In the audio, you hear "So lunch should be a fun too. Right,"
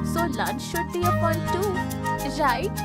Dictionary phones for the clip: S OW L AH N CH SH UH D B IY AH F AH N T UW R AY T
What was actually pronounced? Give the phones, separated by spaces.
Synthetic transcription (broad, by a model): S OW L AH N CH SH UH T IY AH P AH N T UW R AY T